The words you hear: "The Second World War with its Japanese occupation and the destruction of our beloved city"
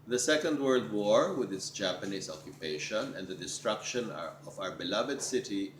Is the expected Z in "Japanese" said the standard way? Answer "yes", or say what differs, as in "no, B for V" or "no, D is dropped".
no, S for Z